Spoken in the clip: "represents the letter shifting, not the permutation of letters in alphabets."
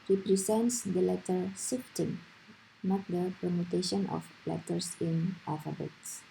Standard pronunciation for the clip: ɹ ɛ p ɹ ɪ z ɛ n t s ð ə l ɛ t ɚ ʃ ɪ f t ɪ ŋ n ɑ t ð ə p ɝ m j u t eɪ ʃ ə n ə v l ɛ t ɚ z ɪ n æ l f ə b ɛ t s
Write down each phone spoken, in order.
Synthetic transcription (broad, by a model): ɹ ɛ p ɹ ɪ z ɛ n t s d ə l ɛ t ɚ s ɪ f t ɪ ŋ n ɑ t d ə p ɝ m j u t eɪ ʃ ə n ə f l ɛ t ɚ s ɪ n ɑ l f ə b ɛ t s